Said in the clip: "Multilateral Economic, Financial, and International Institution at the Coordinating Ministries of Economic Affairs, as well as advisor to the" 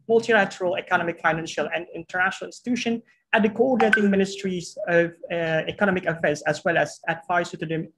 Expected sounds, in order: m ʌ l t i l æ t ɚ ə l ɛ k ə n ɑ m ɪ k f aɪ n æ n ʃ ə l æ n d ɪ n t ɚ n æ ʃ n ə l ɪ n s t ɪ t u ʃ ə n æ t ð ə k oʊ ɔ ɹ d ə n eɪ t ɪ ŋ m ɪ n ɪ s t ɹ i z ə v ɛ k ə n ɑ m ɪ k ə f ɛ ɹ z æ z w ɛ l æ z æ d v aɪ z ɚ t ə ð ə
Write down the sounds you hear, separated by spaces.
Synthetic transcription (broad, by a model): m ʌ l t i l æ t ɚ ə l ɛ k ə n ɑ m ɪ k f aɪ n æ n ʃ ə l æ n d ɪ n t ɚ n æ ʃ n l ɪ n s t ɪ t u ʃ ə n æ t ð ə k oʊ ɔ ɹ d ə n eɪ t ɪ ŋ m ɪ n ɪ s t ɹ i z ə v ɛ k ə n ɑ m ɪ k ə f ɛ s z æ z w ɛ l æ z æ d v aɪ s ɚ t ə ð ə